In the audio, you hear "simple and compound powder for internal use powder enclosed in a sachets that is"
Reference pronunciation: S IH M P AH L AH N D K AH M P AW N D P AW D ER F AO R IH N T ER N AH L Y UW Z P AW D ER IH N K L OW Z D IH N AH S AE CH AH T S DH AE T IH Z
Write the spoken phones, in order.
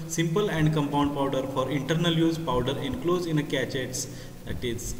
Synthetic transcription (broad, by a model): S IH M P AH L AH N D K AH M P AW N D P AW D ER F AO R IH N T ER N AH L Y UW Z P AW D ER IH N K L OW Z IH N AH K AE CH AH T S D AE T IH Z